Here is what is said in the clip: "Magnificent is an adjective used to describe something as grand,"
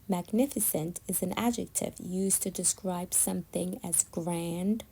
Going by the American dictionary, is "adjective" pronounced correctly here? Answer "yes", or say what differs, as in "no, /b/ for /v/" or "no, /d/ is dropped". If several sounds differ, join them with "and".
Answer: yes